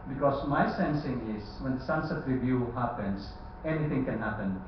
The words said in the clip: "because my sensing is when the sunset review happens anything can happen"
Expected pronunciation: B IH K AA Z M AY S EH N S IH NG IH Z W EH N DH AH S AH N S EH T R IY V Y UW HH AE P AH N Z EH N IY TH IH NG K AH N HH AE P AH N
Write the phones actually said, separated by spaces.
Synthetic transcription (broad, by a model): B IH K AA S M AY S EH N S IH NG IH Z W EH N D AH S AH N S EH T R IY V Y UW HH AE P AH N S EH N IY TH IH NG K AH N HH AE P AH N